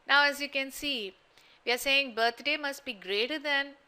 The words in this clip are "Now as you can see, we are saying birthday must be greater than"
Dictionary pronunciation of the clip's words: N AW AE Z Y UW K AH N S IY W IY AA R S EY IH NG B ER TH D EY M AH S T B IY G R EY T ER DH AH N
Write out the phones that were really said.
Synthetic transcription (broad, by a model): N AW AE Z Y UW K AH N S IY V IY AA R S EY IH NG B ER T D EY M AH S T B IY G R EY T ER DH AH N